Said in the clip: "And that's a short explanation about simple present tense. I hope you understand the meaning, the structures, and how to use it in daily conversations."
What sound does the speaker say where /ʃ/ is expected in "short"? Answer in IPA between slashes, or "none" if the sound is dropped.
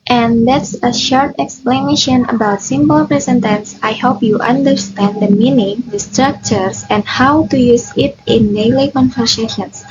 /ʃ/